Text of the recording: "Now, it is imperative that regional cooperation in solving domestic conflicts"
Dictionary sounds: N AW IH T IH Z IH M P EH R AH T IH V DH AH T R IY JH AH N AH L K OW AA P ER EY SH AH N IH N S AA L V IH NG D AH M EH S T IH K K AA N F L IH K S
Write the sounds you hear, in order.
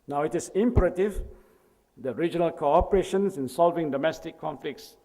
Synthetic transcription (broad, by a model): N AW IH T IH S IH M P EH R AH T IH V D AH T R IY JH AH N AH L K OW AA P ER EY SH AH N IH N S AA L V IH NG D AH M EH S T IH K K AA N F L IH K S